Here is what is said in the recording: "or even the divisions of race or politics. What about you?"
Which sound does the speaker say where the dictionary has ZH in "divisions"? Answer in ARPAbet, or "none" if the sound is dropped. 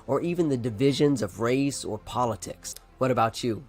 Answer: ZH